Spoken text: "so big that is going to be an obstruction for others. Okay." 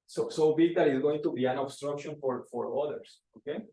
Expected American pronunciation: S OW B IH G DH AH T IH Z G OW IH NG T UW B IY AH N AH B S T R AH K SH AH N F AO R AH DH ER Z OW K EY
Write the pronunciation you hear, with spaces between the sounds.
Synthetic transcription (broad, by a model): S OW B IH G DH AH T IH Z G OW IH NG T UW B IY AH N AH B S T R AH K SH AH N F AO R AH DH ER S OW K EY